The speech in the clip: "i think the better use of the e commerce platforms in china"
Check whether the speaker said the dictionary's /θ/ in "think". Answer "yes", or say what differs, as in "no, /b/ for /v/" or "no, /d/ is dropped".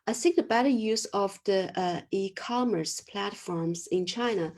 no, /s/ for /θ/